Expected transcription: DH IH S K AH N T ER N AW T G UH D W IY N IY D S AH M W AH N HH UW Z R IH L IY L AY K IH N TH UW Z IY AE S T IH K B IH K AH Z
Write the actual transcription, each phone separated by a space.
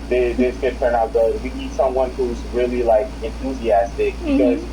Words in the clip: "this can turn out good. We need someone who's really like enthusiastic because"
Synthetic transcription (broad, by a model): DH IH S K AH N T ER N AW T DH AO W IY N IY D S AH M W AH N HH UW Z R IH L IY L AY K IH N TH UW Z IY AE S T IH K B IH K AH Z